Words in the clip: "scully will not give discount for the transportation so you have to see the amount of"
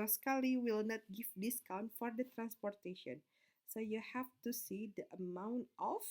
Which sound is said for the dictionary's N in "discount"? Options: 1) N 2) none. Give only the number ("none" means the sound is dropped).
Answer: 1